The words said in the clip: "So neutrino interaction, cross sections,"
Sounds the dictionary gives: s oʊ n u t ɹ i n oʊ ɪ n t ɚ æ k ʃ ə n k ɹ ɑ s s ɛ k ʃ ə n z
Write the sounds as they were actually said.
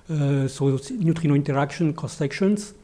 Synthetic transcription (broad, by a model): s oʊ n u t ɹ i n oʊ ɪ n t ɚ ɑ k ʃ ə n k ɑ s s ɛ k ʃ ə n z